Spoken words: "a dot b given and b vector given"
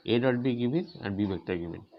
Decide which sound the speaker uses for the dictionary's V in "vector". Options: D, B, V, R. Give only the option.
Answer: B